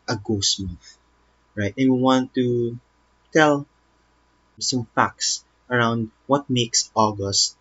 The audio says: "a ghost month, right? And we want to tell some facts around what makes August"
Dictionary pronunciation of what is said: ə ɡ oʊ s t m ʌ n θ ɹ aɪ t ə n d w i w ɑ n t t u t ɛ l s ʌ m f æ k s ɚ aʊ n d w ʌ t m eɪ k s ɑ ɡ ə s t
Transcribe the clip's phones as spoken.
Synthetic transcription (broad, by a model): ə ɡ oʊ s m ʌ θ ɹ aɪ t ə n w i w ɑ n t t u t ɛ l s ʌ m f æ k s ɚ aʊ n d w ʌ t m eɪ k s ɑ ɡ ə s t